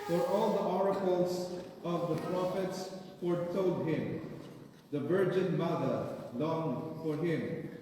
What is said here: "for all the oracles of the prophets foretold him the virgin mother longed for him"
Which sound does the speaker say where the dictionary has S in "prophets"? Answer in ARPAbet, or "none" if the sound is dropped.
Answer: S